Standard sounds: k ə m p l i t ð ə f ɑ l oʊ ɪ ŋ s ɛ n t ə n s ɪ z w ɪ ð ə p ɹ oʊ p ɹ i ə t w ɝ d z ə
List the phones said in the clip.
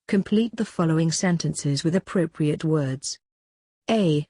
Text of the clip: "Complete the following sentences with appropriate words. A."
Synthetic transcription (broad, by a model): k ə m p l i t ð ə f ɑ l oʊ ɪ ŋ s ɛ n t ə n s ɪ z w ɪ ð ə p ɹ oʊ p ɹ i ə t w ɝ d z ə